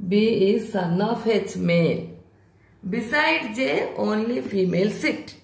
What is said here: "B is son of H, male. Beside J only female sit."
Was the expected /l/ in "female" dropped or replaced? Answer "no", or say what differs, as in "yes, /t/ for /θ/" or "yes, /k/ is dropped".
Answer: no